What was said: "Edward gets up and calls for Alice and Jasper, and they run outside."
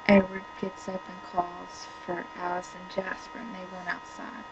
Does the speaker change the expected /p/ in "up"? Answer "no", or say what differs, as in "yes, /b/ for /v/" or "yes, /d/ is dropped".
no